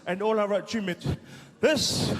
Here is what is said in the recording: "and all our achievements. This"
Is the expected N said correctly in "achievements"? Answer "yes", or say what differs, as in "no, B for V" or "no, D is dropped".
no, N is dropped